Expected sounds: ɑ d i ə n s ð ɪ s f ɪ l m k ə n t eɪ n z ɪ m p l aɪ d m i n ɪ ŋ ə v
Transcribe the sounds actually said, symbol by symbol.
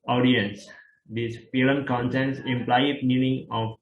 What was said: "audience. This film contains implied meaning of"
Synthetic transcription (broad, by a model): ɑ d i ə n s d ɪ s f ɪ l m k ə n s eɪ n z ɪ m p l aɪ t m i n ɪ ŋ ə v